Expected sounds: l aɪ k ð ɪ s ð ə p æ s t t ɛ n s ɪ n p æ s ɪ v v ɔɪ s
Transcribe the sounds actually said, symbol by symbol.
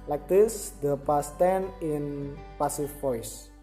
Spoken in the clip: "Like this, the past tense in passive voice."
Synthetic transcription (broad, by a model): l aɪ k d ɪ s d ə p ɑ s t t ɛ n ɪ n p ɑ s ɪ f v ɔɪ s